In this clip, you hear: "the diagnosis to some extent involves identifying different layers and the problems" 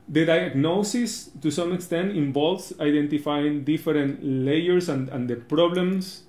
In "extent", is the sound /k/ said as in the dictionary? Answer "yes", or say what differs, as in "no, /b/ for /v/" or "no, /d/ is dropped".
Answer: yes